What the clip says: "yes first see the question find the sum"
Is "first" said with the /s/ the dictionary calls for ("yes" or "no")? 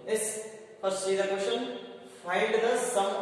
no